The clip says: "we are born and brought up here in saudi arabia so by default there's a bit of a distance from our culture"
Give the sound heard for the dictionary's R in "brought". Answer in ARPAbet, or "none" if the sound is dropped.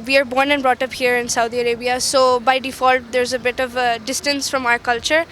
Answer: R